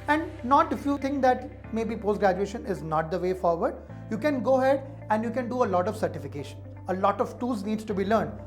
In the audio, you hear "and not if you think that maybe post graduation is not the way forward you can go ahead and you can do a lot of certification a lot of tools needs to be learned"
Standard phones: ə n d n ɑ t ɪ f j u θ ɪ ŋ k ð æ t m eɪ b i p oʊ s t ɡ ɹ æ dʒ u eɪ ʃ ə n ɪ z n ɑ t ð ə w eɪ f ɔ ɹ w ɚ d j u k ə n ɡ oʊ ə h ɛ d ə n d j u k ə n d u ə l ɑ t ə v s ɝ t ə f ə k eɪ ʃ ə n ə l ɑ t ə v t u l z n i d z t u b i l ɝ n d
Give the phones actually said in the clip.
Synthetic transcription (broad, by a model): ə n d n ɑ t ɪ f j u t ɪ ŋ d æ t m eɪ b i p oʊ s t ɡ ɹ æ dʒ u eɪ ʃ ə n ɪ z n ɑ t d ə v eɪ f ɔ ɹ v ɚ d j u k ə n ɡ oʊ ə h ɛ d ə n d j u k ə n d u ə l ɑ t ə v s ɝ t ə f ə k eɪ ʃ ə n ə l ɑ t ə v t u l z n i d s t u b i l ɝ n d